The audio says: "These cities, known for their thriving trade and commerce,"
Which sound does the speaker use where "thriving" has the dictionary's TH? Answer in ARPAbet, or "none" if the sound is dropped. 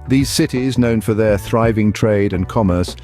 TH